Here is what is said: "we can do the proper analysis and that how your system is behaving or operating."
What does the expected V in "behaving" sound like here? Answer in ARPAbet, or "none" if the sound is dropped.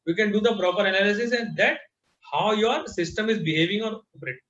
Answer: V